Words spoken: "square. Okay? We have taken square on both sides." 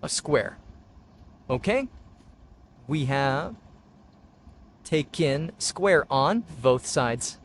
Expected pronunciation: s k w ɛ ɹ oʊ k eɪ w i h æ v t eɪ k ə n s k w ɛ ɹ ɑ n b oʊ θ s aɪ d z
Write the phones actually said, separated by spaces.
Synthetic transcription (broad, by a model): s k w ɛ ɹ oʊ k eɪ w i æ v t eɪ k ə n s k w ɛ ɹ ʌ n b oʊ θ s aɪ d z